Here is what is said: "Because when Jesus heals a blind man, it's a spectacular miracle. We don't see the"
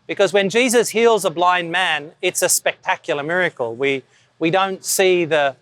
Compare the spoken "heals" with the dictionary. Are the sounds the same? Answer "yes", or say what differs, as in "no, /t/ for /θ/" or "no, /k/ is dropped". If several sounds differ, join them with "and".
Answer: yes